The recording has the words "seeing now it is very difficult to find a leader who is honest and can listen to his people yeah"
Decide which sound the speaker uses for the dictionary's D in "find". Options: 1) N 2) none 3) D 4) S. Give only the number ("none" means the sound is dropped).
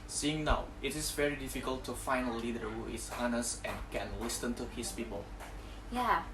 2